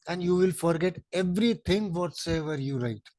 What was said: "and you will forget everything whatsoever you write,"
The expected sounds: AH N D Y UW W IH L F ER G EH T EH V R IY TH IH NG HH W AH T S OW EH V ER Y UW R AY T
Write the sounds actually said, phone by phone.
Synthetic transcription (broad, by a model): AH N D Y UW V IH L F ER G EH T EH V R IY T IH NG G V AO T S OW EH V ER Y UW R AY T